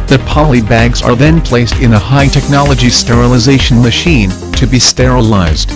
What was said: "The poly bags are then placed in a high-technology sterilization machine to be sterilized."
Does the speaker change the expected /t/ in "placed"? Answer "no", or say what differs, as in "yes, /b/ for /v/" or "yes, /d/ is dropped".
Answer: no